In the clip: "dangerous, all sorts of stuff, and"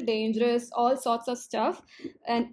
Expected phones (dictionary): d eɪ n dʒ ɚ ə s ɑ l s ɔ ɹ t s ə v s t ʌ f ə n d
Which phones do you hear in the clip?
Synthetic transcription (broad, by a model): d eɪ n dʒ ɚ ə s ɑ l s ɔ ɹ t s ə v s t ʌ f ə n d